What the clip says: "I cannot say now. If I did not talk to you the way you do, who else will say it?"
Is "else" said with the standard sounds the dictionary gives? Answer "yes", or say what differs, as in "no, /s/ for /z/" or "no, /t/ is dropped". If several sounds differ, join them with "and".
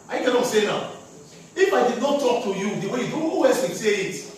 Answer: no, /l/ is dropped